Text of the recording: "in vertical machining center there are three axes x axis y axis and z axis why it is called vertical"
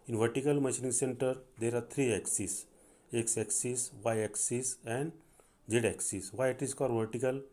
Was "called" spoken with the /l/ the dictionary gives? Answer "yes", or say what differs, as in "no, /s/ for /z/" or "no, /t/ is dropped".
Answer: no, /l/ is dropped